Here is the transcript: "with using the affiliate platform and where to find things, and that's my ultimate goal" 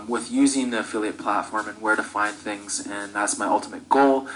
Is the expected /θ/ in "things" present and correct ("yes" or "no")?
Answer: yes